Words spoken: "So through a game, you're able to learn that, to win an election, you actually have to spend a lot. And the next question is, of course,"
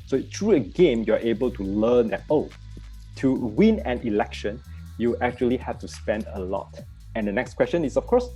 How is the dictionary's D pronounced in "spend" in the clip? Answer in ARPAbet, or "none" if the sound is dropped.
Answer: D